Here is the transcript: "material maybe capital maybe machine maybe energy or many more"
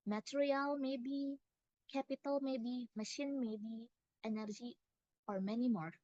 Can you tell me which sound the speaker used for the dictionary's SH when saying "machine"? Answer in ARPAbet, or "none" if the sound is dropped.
SH